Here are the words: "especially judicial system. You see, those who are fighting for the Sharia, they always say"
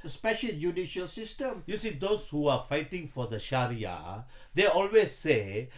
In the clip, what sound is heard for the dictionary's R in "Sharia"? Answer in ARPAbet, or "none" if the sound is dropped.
R